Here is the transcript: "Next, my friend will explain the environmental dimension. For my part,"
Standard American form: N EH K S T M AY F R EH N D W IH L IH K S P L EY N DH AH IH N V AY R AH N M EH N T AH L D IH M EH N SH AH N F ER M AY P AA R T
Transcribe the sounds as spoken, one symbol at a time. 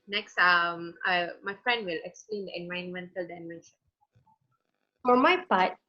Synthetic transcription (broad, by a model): N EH K S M M AY F R EH N D W IH L IH K S P L EY N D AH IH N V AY AH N M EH N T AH L D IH M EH N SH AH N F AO M AY P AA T